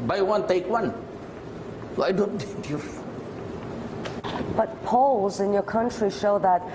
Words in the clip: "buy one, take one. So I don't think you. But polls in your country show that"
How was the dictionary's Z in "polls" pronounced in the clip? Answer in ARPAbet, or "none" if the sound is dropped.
Z